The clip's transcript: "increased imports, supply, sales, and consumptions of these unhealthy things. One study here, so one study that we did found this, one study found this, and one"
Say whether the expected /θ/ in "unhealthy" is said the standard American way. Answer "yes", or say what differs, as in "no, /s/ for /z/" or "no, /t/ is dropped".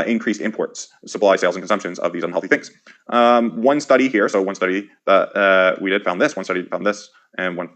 yes